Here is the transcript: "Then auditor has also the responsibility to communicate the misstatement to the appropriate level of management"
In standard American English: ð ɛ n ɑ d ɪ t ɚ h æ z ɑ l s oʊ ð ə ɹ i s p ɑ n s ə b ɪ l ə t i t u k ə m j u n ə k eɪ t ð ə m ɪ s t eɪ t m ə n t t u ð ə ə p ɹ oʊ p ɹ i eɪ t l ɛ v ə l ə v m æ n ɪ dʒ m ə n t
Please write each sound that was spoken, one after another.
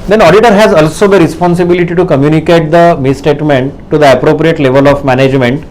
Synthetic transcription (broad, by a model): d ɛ n ɑ d ɪ t ɚ h æ z ɑ l s oʊ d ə ɹ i s p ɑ n s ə b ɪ l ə t i t u k ə m j u n ə k eɪ t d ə m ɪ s t eɪ t m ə n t t u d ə ə p ɹ oʊ p ɹ i eɪ t l ɛ v ə l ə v m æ n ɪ dʒ m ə n t